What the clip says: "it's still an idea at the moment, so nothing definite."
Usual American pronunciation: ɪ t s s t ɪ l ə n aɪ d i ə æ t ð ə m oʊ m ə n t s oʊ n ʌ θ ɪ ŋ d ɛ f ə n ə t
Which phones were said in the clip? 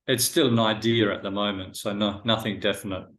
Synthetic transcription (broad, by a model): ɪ t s s t ɪ l ə n aɪ d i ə t ð ə m oʊ m ə n t s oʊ n ʌ θ ɪ ŋ d ɛ f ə n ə t